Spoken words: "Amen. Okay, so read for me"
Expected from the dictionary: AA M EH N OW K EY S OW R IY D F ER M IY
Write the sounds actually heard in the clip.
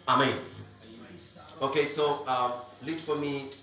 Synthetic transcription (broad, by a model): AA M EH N OW K EY S OW L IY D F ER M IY